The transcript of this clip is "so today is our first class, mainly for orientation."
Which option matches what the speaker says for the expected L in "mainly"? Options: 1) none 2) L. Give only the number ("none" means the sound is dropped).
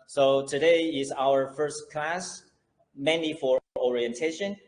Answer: 1